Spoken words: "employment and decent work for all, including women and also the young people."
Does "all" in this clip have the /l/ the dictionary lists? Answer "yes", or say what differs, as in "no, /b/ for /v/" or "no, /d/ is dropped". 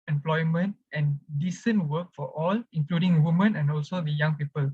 yes